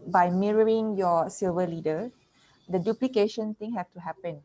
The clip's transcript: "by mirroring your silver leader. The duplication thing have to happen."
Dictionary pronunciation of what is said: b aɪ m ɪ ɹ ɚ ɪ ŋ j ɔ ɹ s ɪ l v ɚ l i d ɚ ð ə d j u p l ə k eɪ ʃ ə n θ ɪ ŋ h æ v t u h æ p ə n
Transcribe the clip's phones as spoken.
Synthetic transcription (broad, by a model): b aɪ m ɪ ɹ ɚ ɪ ŋ j ɔ s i l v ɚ l i d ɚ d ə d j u p l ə k eɪ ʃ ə n t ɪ ŋ h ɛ f t u h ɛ p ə n